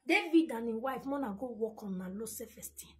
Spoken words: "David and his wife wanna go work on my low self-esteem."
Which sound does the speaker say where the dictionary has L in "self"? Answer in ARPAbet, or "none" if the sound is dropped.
none